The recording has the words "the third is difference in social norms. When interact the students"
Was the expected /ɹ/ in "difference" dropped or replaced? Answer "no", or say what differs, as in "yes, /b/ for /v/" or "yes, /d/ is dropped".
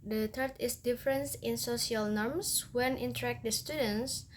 no